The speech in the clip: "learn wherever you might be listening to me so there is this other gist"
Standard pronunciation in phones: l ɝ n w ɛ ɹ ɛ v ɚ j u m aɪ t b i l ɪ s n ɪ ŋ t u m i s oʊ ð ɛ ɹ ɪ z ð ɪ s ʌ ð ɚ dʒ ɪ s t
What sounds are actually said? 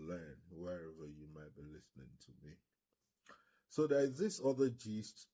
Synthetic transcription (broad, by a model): l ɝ n w ɛ ɹ ɛ v ɚ j u m aɪ t b i l ɪ s n ɪ ŋ t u m i s oʊ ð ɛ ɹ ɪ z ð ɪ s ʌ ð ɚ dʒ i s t